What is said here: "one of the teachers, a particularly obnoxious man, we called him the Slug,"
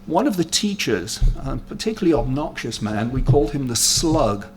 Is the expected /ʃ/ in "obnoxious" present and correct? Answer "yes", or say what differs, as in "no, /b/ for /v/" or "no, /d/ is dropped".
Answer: yes